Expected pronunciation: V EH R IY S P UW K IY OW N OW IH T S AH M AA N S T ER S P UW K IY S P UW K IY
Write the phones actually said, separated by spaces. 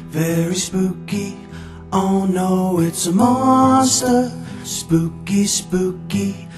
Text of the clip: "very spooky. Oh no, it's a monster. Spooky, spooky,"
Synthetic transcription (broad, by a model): V EH R IY S P UW K IY OW N OW IH T S AH M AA S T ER S P UW K IY S P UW K IY